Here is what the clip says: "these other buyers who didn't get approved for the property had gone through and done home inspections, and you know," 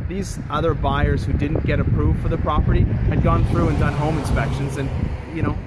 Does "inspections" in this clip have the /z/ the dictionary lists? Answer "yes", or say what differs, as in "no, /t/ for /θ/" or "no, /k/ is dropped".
yes